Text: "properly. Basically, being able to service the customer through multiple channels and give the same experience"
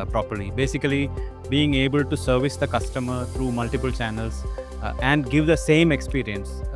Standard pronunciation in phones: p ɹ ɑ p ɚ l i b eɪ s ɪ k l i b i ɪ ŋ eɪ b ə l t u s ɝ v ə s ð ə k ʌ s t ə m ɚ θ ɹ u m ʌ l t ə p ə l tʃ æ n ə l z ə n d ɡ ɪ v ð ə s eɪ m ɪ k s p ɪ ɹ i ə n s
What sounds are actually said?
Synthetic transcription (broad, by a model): p ɹ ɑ p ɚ l i b eɪ s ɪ k l i b i ɪ ŋ eɪ b ə l t u s ɝ v ə s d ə k ʌ s t ə m ɚ t ɹ u m ʌ l t ə p ə l tʃ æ n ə l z ə n d ɡ ɪ v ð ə s eɪ m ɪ k s p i ɹ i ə n s